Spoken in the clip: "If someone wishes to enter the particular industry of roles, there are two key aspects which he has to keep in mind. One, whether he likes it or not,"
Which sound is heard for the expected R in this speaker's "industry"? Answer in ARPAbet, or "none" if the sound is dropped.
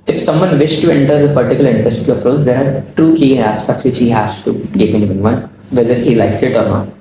none